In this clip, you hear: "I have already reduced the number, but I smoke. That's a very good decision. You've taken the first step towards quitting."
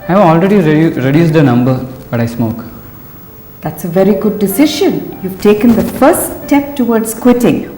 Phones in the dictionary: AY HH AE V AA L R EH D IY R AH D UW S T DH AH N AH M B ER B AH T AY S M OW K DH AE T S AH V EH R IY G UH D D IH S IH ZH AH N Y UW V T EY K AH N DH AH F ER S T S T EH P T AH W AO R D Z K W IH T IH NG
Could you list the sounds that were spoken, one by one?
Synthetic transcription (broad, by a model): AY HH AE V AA L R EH D IY R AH D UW S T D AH N AH M B ER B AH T AY S M OW K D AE T S AH V EH R IY G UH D D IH S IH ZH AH N Y UW V T EY K AH N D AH F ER T S T EH P T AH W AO R D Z K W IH T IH NG